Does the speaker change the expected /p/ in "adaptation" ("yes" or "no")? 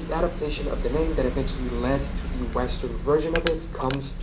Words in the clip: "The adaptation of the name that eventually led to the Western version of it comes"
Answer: no